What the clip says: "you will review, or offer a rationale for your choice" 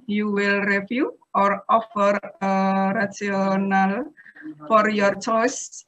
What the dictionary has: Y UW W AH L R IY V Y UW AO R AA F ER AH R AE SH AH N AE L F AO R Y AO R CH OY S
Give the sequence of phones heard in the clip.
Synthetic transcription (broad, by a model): Y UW W AH L R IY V Y UW AO R AA F ER AH R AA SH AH N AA L F AO R Y AO R CH OY S